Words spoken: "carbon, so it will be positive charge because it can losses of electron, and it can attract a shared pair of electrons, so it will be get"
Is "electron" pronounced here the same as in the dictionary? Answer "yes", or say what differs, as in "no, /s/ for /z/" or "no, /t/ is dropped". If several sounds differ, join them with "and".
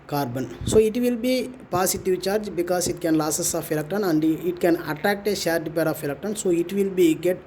no, /ɹ/ is dropped